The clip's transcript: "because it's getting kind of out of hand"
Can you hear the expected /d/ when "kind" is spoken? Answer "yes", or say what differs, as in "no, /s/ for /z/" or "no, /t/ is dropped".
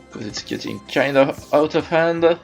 no, /d/ is dropped